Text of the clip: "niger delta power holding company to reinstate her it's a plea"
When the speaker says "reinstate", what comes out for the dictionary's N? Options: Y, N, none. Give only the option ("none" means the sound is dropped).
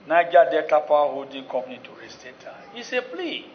none